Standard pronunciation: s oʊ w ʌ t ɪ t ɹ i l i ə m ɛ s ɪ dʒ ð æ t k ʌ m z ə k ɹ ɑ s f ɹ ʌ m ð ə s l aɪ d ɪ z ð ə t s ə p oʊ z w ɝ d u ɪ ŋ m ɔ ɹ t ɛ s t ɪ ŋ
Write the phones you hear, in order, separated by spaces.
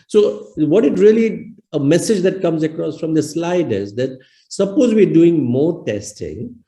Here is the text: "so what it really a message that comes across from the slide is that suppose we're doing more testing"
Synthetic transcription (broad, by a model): s oʊ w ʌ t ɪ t ɹ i l i ə m ɛ s ɪ dʒ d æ t k ʌ m z ə k ɹ ɑ s f ɹ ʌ m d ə s l aɪ d ɪ z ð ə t s ə p oʊ z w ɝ d u ɪ ŋ m ɔ ɹ t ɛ s t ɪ ŋ